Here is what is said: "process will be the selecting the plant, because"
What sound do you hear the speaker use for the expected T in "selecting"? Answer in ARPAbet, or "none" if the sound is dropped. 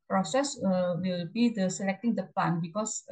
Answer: T